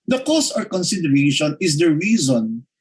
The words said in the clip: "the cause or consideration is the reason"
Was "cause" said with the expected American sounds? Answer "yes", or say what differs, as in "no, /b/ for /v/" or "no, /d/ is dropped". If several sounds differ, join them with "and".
no, /s/ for /z/